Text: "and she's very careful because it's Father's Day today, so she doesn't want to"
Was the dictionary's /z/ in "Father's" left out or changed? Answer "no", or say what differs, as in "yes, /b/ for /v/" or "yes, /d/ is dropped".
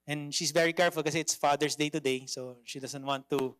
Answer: yes, /s/ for /z/